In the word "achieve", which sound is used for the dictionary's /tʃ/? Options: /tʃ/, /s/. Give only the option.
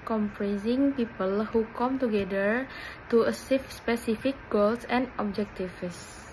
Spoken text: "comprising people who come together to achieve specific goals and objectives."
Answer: /s/